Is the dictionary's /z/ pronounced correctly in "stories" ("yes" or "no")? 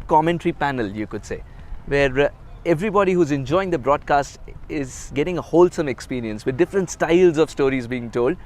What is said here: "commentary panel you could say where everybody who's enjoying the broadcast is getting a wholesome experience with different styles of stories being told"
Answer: yes